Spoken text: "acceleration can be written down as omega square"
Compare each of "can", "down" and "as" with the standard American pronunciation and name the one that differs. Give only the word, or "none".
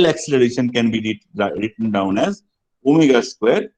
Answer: none